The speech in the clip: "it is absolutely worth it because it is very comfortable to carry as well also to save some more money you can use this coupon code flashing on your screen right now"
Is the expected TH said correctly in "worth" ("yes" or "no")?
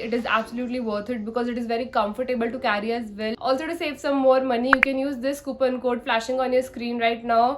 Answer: no